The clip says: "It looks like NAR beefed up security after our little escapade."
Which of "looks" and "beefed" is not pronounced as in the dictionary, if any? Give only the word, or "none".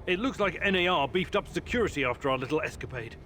none